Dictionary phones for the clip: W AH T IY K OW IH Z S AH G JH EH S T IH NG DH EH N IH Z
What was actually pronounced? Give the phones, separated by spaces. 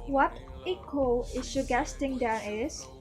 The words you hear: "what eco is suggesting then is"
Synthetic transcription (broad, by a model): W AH T IY K OW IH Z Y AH G EH S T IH NG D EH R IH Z